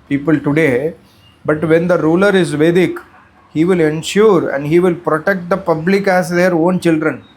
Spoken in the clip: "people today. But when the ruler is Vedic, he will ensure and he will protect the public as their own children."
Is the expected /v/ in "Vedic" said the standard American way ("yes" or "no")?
yes